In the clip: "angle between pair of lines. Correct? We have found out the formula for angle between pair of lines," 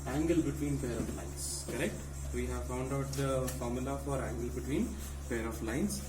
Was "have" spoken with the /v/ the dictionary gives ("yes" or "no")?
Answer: yes